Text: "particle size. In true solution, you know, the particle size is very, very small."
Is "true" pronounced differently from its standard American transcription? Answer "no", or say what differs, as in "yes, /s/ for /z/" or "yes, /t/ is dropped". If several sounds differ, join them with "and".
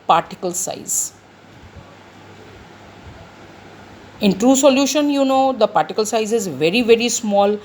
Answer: no